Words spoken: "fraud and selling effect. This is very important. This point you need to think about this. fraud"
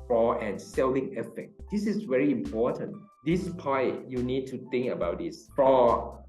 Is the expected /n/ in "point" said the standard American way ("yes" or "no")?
no